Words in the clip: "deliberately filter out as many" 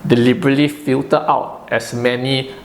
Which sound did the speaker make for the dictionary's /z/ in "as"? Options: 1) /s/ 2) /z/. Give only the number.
1